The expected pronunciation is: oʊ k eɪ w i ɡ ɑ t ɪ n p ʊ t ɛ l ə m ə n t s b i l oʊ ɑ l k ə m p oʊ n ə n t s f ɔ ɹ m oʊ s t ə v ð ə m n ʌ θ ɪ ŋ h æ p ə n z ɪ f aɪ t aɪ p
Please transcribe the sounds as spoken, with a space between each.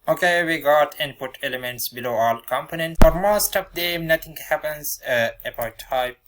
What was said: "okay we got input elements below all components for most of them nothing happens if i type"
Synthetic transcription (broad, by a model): oʊ k eɪ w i ɡ ɑ t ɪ n p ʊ t ɛ l ə m ə n t s b i l oʊ ɑ l k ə m p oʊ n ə n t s f ɔ ɹ m oʊ s t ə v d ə m n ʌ t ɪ ŋ h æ p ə n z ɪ p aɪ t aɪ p